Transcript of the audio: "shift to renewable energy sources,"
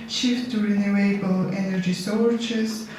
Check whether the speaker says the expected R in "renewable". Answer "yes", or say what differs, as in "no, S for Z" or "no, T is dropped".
yes